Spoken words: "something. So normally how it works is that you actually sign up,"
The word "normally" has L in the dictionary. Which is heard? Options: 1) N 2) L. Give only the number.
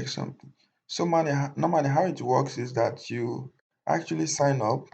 1